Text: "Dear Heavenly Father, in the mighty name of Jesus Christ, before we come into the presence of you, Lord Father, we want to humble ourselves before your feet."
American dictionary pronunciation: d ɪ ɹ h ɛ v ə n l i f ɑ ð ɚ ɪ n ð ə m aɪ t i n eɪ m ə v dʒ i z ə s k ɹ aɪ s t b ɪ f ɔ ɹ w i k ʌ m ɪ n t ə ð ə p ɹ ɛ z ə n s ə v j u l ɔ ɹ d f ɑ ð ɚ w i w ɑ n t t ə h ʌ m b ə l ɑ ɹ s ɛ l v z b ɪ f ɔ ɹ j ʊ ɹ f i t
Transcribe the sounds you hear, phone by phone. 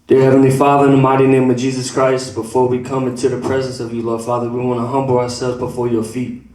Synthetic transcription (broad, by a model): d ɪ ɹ h ɛ v ə n l i f ɑ ð ɚ ɪ n ð ə m aɪ t i n eɪ m ə v dʒ i z ə s k ɹ aɪ s t b ɪ f ɔ ɹ w i k ʌ m ɪ n t ə ð ə p ɹ ɛ z ə n s ə v j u l ɔ ɹ d f ɑ ð ɚ w i w ɑ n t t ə h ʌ m b l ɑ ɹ s ɛ l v z b ɪ f ɔ ɹ j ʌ ɹ f i t